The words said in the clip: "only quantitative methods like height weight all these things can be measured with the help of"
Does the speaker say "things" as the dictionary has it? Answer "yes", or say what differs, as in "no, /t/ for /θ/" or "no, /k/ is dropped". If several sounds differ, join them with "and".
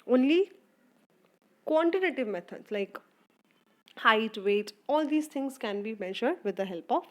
no, /t/ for /θ/